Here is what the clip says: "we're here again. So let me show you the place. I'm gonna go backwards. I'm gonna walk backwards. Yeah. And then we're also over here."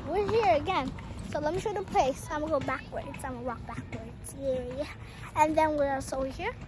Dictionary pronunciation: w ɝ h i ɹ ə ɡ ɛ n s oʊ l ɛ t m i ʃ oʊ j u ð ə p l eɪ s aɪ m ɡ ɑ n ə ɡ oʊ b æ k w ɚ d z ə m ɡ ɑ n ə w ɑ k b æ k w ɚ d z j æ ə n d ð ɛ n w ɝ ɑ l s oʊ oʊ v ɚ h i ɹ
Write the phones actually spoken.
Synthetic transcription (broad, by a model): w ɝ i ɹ ə ɡ ɛ n s oʊ l ɛ t m i ʃ oʊ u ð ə p l eɪ s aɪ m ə ɡ oʊ b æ k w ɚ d ə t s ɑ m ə w ɑ k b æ k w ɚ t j j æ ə n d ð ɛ n w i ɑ s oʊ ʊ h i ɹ